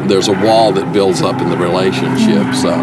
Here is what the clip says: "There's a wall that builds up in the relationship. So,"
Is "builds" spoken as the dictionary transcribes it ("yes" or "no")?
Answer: yes